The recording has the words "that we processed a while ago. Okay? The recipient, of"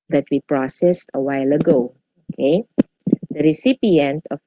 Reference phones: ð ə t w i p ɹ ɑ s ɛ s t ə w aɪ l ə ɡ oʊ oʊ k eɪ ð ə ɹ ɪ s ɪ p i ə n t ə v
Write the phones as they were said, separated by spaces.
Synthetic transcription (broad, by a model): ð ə t w i p ɹ ɑ s ɛ s t ə w aɪ l ə ɡ oʊ oʊ k eɪ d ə ɹ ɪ s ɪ p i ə n t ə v